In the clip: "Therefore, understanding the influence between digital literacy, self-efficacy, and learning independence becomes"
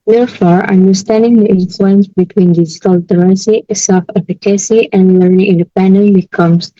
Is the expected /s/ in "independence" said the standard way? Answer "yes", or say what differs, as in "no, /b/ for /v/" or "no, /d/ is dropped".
no, /s/ is dropped